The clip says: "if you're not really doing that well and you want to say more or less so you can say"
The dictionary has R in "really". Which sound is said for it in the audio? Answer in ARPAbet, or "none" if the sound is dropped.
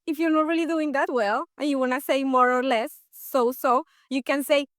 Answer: R